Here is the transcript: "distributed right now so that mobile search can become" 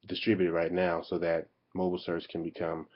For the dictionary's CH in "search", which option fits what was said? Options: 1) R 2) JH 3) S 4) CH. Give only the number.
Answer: 3